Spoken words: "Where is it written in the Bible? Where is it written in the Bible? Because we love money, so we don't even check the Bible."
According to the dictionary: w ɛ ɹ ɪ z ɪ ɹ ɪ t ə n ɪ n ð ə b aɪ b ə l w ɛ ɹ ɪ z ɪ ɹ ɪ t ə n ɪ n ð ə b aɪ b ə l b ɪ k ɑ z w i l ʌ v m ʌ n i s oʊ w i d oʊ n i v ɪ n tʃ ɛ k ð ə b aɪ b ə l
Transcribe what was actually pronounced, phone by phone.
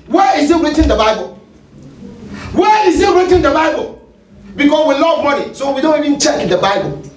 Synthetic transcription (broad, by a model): w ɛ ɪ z ɪ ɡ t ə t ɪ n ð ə b aɪ b ə l w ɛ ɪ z ɪ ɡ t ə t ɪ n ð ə b aɪ b ə l b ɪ k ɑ s w i l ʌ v m ʌ n i s oʊ w i d oʊ n i v ɪ n tʃ ɛ k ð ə b aɪ b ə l